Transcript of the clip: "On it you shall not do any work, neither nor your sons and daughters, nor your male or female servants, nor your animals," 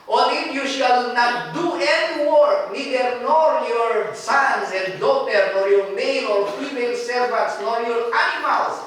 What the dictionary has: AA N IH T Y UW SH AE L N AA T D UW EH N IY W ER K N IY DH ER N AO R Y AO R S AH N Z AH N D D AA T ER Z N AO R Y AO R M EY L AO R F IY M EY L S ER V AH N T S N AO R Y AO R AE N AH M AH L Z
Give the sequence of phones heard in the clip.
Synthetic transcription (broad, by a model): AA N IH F Y UW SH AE L N AA T D UW EH N IY W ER K N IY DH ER N AO R Y AO R S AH N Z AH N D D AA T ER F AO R Y AO R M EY N AO R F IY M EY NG S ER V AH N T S N AO R Y AO R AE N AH M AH L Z